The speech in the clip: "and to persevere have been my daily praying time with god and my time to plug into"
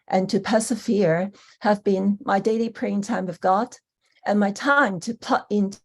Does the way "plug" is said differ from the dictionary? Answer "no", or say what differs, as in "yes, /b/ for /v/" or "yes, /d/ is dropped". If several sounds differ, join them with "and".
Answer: yes, /l/ is dropped and /ɡ/ is dropped